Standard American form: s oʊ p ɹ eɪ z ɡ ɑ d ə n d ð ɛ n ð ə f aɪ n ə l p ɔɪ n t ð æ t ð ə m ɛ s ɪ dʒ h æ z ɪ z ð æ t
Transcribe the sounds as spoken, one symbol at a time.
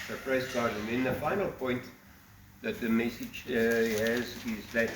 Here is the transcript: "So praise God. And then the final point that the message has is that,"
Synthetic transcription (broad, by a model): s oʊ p ɹ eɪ s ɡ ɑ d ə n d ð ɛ n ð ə f aɪ n ə l p ɔɪ n t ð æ t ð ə m ɛ s ɪ dʒ h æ z ɪ z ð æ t